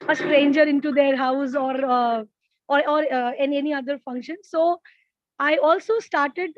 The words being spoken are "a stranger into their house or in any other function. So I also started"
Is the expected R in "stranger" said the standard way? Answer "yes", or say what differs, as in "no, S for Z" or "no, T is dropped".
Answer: yes